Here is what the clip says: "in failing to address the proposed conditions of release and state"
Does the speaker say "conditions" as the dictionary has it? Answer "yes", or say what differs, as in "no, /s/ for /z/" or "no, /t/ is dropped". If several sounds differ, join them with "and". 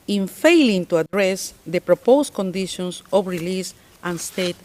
no, /s/ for /z/